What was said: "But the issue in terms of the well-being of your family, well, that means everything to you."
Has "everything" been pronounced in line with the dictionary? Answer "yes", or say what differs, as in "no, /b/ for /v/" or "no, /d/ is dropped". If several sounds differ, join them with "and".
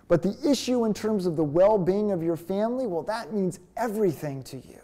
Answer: yes